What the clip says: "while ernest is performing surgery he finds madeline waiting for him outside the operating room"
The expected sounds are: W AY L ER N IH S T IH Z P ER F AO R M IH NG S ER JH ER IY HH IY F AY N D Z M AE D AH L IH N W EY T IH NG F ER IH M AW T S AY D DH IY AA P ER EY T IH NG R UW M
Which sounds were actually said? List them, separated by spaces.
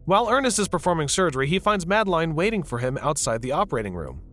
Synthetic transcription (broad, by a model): W AY L ER N IH S T IH Z P ER F AO R M IH NG S ER JH ER IY HH IY F AY N D Z M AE D L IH N W EY T IH NG F ER IH M AW T S AY D DH IY AA P ER EY T IH NG R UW M